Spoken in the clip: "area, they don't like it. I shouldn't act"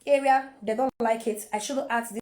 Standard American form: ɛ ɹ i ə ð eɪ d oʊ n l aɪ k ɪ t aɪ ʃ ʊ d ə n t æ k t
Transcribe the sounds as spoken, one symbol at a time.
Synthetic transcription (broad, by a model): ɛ ɹ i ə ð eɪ d oʊ n l aɪ k ɪ t aɪ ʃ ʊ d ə t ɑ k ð